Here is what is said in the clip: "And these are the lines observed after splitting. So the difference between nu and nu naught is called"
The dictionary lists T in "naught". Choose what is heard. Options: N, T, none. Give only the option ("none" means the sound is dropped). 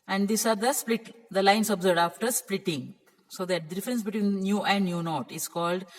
T